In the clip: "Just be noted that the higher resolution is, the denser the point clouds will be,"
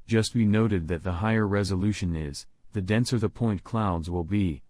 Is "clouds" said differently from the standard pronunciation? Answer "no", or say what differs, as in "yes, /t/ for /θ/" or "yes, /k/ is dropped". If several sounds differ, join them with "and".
no